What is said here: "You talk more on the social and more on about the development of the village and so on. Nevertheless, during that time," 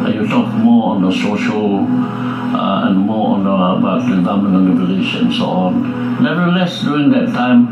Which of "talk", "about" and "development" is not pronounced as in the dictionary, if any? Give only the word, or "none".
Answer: development